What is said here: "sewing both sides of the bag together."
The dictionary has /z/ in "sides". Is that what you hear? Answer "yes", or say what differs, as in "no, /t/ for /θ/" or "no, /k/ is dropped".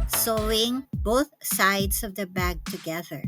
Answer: no, /s/ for /z/